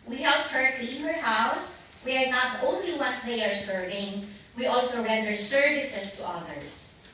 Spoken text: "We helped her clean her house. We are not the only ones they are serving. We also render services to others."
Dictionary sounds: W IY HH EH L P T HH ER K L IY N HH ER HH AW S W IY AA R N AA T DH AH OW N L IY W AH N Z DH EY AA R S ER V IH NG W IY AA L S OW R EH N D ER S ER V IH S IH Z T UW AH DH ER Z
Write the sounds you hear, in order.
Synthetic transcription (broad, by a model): W IY HH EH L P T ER K IY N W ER HH AW S W IY AA R N AA T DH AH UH N L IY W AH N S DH EY AA R S ER V IH NG W IY AA L S OW R EH N D ER S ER V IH S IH S T UW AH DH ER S